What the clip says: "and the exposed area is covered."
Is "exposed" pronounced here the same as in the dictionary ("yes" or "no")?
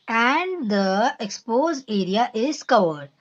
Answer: no